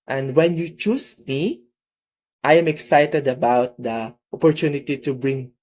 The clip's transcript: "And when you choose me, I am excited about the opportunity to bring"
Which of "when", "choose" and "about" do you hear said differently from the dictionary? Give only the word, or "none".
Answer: choose